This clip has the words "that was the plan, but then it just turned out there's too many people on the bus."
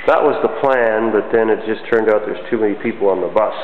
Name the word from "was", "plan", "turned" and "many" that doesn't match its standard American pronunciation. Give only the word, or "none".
none